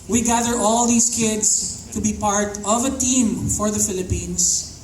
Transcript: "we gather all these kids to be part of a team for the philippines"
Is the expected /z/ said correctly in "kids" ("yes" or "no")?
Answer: no